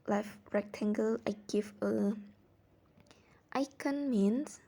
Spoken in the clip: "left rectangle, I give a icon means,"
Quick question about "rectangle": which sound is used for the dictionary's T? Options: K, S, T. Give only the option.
T